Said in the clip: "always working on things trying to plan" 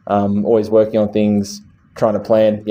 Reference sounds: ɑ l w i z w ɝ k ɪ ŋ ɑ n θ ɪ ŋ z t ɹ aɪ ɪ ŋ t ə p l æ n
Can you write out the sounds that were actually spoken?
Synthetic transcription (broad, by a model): ɑ l w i z w ɝ k ɪ ŋ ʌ n θ ɪ ŋ z t ɹ aɪ ɪ ŋ t ə p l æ n